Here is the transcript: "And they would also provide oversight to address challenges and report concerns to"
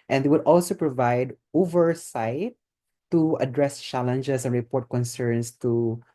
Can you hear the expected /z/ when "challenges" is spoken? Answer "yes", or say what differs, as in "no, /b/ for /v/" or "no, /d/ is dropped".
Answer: no, /s/ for /z/